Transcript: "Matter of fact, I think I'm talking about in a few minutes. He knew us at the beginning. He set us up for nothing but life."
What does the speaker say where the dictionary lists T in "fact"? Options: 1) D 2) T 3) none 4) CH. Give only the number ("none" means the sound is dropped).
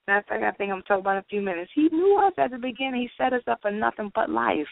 3